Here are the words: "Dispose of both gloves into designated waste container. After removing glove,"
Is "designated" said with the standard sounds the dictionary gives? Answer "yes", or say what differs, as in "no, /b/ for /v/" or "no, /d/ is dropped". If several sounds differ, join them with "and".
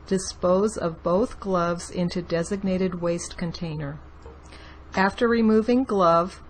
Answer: yes